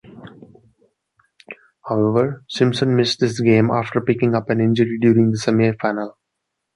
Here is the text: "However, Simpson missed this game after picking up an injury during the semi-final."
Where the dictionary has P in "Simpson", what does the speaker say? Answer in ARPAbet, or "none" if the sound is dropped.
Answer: none